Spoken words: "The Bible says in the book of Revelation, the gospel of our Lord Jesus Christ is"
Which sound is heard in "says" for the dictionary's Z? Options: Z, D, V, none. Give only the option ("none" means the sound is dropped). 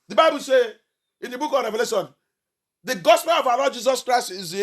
none